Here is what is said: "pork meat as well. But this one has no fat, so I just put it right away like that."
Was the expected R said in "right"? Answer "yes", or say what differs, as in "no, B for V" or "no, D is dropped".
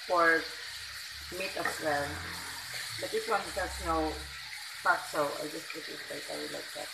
no, L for R